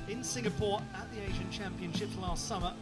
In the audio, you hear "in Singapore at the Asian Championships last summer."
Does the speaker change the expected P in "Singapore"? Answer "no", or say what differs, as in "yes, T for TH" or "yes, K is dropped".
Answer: no